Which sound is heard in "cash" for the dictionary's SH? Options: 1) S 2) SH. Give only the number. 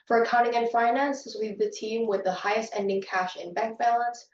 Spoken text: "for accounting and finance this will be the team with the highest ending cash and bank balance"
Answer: 2